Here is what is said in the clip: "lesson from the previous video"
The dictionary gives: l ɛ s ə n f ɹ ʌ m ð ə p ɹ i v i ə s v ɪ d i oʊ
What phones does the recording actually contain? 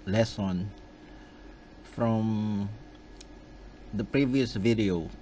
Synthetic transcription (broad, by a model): l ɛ s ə n f ɹ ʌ m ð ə p ɹ i v i ə s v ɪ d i oʊ